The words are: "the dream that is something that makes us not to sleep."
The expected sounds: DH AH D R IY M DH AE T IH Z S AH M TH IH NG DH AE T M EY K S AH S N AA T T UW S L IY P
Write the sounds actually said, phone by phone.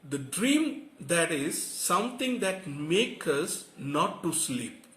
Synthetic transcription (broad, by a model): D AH D R IY M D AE T IH Z S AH M T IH NG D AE T M EY K AH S N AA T T UW S L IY P